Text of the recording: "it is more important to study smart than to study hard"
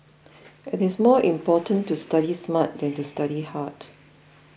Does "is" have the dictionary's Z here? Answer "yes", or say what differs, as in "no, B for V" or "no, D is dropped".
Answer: no, S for Z